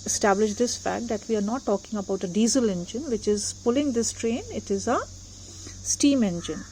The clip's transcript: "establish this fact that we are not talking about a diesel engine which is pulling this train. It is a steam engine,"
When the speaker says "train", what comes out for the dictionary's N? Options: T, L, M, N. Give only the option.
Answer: N